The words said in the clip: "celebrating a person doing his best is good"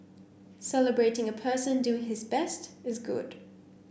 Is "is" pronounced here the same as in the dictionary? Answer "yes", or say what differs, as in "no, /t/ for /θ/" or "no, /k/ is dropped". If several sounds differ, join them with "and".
yes